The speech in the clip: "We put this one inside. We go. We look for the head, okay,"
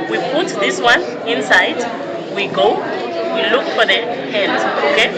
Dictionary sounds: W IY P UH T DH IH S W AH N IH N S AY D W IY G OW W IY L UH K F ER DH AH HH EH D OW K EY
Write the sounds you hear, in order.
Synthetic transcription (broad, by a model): W IY P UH T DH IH S W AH N IH N S AY D W IY G OW W IY L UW K F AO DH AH HH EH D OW K EY